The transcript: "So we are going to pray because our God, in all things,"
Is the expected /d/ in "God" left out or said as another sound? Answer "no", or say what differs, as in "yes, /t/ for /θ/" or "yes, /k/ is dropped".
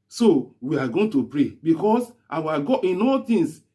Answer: yes, /d/ is dropped